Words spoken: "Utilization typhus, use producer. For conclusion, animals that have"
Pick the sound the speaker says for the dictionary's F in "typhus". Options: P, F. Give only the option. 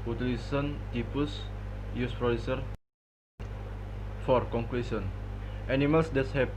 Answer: P